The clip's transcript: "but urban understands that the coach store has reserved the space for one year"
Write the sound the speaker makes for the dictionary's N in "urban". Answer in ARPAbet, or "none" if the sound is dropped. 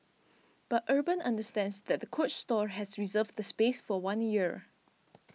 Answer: N